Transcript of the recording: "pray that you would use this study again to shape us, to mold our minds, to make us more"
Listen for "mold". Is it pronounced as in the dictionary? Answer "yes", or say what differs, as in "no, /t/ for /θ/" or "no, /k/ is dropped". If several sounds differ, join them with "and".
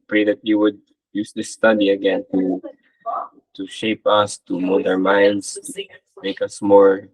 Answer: no, /l/ is dropped